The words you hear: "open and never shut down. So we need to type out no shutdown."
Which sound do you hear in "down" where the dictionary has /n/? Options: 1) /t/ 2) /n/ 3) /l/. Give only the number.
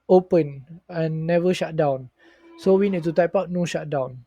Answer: 2